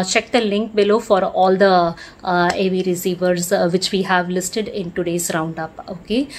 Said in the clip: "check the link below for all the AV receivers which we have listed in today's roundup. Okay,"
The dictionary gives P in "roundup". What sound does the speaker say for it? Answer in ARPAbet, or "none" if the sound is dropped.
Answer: P